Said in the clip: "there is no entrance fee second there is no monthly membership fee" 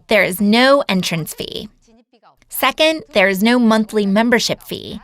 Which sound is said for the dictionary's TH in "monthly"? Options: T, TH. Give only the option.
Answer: TH